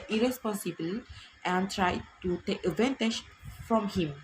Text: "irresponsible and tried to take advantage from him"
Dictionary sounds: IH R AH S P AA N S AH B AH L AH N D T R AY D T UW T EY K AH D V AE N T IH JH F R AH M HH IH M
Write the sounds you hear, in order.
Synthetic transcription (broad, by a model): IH R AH S P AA N S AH B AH L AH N T R AY D T UW T EY K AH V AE N T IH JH F R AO M HH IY M